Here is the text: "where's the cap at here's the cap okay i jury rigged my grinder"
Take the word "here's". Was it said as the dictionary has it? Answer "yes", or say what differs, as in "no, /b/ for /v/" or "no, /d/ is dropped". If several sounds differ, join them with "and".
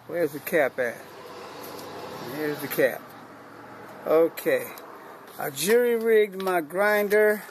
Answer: yes